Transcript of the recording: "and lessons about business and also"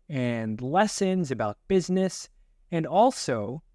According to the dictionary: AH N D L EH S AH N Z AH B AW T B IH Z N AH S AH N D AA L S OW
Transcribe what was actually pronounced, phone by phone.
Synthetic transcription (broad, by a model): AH N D L EH S AH N Z AH B AW T B IH Z N AH S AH N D AA L S OW